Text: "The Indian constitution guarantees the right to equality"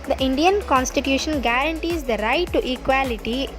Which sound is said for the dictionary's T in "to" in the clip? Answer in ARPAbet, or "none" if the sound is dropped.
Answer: T